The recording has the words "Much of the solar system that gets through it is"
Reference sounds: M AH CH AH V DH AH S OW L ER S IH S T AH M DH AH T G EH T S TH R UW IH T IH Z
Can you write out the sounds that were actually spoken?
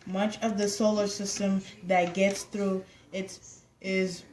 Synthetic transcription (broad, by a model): M AH CH AH V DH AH S OW L ER S IH S T AH M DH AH T G EH T S TH R UW IH T IH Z